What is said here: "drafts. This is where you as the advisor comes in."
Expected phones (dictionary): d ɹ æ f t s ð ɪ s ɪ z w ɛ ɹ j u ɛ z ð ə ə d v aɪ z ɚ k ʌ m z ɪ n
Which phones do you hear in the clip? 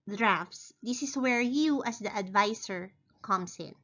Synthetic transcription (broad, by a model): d ɹ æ f t s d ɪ s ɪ s w ɛ ɹ j u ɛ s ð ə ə d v aɪ s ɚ k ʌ m s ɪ n